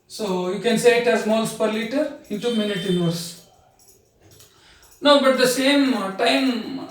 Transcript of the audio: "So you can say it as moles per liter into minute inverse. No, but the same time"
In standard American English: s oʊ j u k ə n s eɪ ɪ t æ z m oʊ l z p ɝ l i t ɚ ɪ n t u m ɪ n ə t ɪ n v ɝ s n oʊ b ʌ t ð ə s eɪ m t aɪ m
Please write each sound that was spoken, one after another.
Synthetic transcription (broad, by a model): s oʊ j u k ə n s eɪ ɪ t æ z m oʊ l s p ɝ l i t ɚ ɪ t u m ɪ n ə t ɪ n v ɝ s n oʊ b ʌ t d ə s eɪ m t aɪ m